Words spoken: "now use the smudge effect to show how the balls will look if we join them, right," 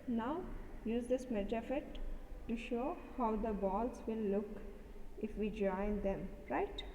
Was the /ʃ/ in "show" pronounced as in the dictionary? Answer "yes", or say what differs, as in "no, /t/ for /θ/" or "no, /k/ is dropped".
yes